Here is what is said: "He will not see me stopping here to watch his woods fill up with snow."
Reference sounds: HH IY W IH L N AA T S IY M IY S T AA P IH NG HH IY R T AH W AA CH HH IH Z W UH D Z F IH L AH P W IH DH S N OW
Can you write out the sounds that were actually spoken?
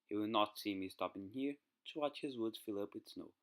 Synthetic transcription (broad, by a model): HH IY W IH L N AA T S IY M IY S T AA P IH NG HH IY R T AH W AA CH HH IH Z W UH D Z F IH L AH P W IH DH S N OW